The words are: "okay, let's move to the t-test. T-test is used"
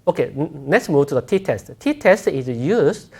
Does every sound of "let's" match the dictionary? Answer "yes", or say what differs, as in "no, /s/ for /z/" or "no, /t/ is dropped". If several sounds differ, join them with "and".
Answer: no, /n/ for /l/